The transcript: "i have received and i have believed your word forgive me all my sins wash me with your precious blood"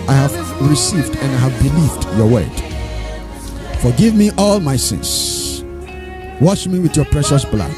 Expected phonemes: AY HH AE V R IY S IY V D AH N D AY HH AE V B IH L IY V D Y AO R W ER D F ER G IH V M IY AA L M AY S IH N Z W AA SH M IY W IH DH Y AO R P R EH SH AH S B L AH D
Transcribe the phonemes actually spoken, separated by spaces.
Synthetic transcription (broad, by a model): AY HH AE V R IY S IY V D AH N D AY HH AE V B IH L IY V D Y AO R W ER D F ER G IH V M IY AA L M AY S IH N S W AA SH M IY W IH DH Y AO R P R EH SH AH S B L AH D